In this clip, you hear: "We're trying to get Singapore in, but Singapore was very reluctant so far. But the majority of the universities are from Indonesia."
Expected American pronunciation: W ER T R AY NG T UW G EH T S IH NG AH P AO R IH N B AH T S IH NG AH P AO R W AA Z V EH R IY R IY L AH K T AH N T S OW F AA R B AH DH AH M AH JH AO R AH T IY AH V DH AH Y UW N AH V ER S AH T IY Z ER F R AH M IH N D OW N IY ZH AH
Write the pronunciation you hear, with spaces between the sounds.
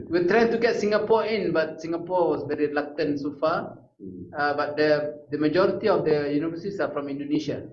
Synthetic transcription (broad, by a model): W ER T R AY NG T UW G EH T S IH NG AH P AO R IH N B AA T S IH NG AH P AO W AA S V EH R IY R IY L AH K T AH N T S OW F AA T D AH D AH M AH JH AO R AH T IY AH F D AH Y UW N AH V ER S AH S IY F R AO M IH N D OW N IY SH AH